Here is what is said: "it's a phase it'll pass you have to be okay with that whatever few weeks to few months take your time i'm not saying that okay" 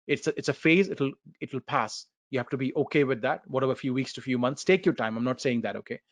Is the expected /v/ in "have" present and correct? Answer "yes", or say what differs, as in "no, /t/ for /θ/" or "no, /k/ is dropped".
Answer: no, /f/ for /v/